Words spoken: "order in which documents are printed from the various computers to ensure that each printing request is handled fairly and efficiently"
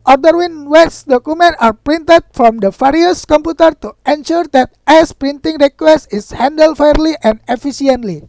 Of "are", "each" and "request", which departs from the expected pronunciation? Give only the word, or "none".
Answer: each